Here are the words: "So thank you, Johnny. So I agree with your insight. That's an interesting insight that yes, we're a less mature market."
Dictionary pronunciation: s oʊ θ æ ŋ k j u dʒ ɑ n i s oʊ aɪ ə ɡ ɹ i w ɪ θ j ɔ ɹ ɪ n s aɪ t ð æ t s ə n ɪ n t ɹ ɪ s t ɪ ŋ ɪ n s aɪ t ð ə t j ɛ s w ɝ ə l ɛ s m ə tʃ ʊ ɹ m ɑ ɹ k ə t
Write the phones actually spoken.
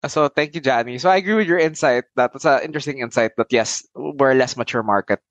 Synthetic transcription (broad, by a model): s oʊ t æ ŋ k j u dʒ ɑ n i s oʊ aɪ ə ɡ ɹ i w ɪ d j ɔ ɹ ɪ n s aɪ t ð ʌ t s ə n ɪ n t ɹ ɪ s t ɪ ŋ ɪ n s aɪ t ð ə t j ɛ s w ɝ l ɛ s m ə tʃ ʊ ɹ m ɑ ɹ k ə t